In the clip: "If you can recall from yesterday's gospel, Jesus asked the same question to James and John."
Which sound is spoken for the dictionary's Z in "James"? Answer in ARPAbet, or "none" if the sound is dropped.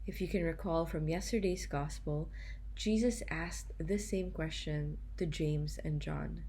Z